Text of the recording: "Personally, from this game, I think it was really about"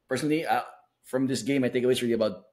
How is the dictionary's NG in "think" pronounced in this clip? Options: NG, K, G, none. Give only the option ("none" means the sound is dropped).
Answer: none